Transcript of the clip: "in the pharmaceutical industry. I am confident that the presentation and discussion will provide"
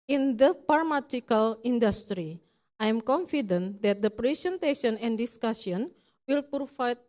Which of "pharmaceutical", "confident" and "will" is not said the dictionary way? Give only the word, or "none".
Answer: pharmaceutical